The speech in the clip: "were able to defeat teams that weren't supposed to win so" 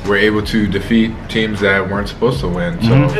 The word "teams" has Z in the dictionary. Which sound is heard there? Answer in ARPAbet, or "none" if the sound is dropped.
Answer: Z